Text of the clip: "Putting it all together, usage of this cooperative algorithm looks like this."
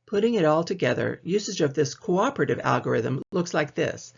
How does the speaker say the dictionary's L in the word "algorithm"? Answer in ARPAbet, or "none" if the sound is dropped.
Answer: L